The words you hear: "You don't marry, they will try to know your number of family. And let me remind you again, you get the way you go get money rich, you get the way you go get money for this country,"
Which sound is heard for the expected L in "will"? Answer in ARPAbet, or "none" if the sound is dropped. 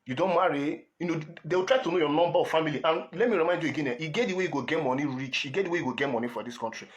W